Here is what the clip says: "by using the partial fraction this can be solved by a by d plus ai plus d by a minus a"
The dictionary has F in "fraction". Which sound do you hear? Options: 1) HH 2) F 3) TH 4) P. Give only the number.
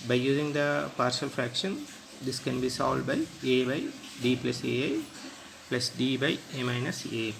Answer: 2